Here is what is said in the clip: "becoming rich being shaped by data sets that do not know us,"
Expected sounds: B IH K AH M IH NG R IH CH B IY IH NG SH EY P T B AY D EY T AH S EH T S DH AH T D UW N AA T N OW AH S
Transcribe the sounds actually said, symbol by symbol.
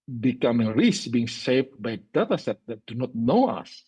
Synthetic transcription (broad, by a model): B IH K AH M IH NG R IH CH B IY IH NG S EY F B AY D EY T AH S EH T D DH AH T D UW N AA T N OW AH S